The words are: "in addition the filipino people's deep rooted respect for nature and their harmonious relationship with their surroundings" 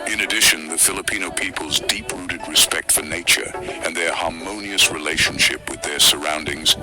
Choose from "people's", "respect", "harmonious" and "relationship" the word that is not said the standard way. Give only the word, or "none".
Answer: none